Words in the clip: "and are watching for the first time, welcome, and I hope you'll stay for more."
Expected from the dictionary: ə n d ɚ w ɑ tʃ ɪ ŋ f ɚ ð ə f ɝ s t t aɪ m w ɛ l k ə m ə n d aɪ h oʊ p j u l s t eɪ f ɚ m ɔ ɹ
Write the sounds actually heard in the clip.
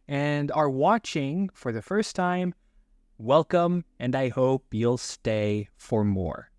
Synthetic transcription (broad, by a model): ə n d ɚ w ɑ tʃ ɪ ŋ f ɚ ð ə f ɝ s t t aɪ m w ɛ l k ə m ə n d aɪ h oʊ p j u l s t eɪ f ɚ m ɔ ɹ